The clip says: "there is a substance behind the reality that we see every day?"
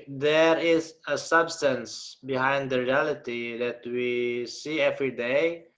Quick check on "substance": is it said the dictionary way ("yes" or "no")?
yes